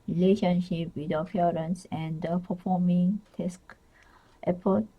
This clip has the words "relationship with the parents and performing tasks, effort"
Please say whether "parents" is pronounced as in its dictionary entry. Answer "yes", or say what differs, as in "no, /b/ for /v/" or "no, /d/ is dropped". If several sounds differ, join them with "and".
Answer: no, /f/ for /p/